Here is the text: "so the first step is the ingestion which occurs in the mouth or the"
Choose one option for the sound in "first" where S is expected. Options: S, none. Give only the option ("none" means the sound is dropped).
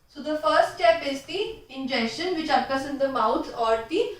S